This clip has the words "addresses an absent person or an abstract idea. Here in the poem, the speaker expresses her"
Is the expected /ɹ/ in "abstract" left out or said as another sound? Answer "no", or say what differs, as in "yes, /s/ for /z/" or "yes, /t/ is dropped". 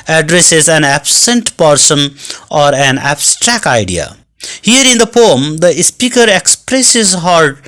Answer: no